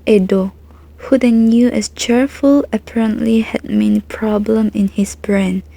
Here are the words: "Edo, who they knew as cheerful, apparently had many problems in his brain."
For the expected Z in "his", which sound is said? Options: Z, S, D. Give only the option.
S